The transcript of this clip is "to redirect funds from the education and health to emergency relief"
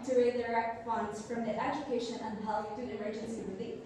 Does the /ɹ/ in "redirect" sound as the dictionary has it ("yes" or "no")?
no